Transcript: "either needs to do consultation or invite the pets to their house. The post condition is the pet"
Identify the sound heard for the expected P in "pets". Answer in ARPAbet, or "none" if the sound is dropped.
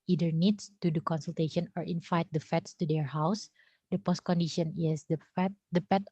F